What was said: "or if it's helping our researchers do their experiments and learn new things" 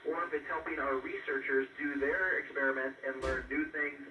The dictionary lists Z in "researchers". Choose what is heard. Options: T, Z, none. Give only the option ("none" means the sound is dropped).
Z